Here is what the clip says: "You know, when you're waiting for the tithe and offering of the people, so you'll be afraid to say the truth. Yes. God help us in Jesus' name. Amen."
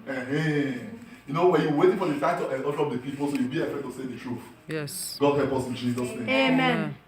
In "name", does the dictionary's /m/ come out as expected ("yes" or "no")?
no